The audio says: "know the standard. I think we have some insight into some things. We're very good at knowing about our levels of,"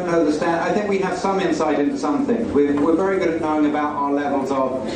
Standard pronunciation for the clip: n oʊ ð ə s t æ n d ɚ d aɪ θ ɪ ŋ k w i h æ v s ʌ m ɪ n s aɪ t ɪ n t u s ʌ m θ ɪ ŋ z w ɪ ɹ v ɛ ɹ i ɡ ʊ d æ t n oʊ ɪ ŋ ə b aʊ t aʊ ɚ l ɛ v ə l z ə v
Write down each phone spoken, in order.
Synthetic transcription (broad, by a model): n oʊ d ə s t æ n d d aɪ θ ɪ ŋ k w i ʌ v s ʌ m ɪ n s aɪ t ɪ n t u s ʌ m θ ɪ ŋ z w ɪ w v ɛ ɹ i ɡ ʊ d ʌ n oʊ ɪ ŋ ə b aʊ t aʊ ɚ l ɛ v ə l z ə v